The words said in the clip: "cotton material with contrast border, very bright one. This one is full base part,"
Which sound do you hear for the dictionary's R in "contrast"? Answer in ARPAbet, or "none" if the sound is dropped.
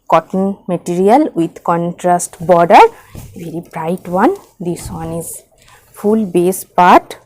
R